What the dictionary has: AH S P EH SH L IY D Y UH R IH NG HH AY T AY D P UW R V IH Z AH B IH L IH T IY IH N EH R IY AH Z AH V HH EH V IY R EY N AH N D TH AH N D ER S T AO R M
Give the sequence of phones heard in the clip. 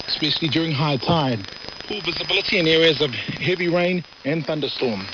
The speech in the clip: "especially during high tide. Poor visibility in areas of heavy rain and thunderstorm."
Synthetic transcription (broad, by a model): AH S P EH SH L IY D Y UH R IH NG HH AY T AY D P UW L V IH Z AH B IH L IH T IY IH N EH R IY AH Z AH V HH EH V IY R EY N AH N TH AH N D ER S T AO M